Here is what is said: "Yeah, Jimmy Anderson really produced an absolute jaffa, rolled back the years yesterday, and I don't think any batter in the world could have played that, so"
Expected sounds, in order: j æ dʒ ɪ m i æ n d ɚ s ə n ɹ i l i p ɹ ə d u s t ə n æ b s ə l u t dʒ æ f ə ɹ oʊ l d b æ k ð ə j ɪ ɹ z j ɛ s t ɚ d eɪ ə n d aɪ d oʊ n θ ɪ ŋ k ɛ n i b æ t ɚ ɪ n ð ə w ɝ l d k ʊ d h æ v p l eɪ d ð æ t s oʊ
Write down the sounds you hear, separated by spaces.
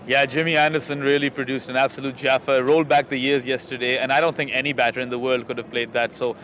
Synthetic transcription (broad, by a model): j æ dʒ ɪ m i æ n d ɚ s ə n ɹ i l i p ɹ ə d u s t ə n æ b s ə l u t dʒ æ f ə ɹ oʊ l d b æ k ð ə j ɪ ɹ z j ɛ s t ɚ d eɪ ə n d aɪ d oʊ n θ ɪ ŋ k ɛ n i b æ t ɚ ɪ n ð ə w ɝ l d k ʊ d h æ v p l eɪ d ð æ t s oʊ